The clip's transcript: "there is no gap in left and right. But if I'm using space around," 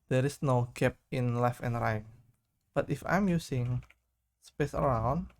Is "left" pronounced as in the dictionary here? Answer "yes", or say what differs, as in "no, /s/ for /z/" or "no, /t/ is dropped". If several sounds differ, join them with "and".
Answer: no, /t/ is dropped